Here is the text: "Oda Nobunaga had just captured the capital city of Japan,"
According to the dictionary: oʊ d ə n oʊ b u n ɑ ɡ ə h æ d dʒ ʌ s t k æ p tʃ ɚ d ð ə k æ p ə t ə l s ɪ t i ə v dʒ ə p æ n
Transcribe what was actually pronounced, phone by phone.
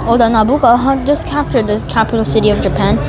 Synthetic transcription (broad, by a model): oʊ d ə n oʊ b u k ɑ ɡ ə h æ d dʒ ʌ s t k æ p tʃ ɚ d ð ə k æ p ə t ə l s ɪ t i ə v dʒ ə p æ n